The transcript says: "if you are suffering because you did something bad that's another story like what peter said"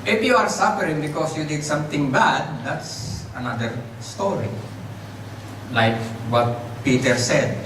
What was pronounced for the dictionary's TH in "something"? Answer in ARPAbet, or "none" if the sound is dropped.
T